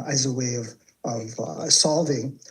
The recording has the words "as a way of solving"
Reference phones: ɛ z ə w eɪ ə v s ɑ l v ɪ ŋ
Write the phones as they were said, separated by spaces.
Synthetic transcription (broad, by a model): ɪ z ə w eɪ ə v s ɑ l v ɪ ŋ